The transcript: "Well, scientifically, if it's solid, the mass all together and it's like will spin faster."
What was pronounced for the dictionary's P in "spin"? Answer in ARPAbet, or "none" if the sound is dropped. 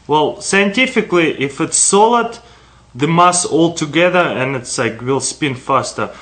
P